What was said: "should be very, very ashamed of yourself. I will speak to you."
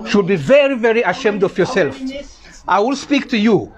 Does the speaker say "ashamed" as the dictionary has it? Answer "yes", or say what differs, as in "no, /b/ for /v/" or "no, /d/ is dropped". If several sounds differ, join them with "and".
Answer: yes